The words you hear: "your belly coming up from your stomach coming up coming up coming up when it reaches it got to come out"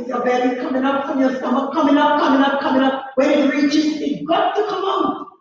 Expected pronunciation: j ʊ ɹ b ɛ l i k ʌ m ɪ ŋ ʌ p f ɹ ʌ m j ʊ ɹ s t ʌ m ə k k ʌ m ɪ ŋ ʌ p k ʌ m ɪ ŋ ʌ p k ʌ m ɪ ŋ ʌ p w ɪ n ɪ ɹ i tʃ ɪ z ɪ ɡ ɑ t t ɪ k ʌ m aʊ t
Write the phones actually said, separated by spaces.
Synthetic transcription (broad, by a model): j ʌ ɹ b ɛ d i k ʌ m ɪ ŋ ʌ p f ɹ ʌ m j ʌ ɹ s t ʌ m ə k k ʌ m ɪ ŋ ʌ p k ʌ m ɪ ŋ ʌ p k ʌ m ɪ ŋ ʌ p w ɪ ɪ ɹ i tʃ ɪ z ɪ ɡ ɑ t t ɪ k ʌ m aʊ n